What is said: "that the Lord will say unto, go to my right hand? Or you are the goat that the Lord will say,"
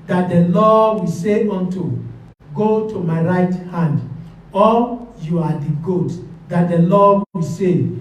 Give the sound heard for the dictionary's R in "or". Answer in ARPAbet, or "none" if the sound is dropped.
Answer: L